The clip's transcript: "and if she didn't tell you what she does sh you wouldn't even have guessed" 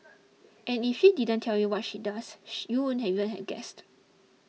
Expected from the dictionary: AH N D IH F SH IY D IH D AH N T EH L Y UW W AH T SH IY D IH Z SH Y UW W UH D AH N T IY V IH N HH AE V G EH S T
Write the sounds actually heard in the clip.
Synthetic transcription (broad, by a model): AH N IH F SH IY D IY D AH N T EH L Y UW W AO T SH IY D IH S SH Y UW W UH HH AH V IY V IH N HH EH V G EH S T